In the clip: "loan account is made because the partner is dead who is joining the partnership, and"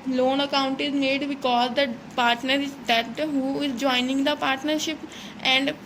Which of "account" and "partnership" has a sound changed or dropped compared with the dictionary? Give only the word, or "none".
none